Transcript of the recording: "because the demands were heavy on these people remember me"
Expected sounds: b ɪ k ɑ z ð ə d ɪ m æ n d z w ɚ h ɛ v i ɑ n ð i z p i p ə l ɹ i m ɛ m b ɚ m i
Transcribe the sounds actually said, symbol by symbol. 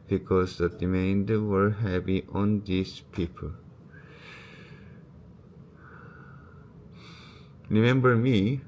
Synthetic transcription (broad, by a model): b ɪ k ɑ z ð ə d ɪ m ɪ n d w ɚ h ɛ p i ɑ n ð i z p i p ə l ɹ i m ɛ m b ɚ m i